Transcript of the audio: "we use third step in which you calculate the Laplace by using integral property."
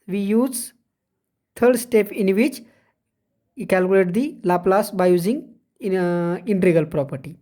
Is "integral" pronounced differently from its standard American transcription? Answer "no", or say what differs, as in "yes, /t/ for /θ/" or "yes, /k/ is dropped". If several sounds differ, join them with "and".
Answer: yes, /ɹ/ is dropped